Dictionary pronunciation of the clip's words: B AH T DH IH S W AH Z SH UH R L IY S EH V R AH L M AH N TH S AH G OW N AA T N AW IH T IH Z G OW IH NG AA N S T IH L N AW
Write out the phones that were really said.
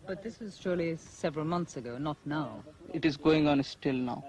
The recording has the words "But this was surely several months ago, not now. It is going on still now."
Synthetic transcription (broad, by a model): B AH T DH IH S W AH Z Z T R L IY S EH V R AH L M AH N TH S AH G OW N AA T N AW IH T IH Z G OW IH NG AA N S T IH L N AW